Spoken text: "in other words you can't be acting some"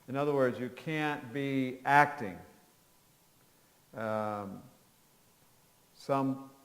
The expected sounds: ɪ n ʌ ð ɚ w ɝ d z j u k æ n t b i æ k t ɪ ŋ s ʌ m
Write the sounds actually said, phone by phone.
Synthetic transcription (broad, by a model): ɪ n ʌ ð ɚ w ɝ d z j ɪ k æ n b i æ k t ɪ ŋ s ʌ m